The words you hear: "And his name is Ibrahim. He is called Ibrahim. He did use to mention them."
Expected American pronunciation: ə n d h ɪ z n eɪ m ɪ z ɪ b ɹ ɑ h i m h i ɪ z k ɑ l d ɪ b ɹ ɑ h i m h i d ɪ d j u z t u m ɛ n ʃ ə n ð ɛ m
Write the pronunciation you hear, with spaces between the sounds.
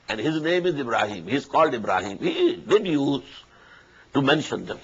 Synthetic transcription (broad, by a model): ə n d h ɪ z n eɪ m ɪ z ɪ b ɹ ɑ h i m h i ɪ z k ɑ l d ɪ b ɹ ɑ h i m h i d ɪ d j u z t u m ɛ n ʃ ə n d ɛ m